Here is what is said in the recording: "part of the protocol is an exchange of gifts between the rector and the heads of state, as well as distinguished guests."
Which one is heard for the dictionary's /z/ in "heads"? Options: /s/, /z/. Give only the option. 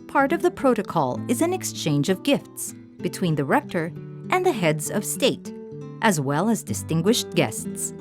/z/